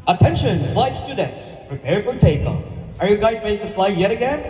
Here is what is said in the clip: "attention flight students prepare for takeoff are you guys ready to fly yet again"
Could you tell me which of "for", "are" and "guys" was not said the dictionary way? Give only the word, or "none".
none